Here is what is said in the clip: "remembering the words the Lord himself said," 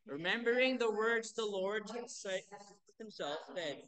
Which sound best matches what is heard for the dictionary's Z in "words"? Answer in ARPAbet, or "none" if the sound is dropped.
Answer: Z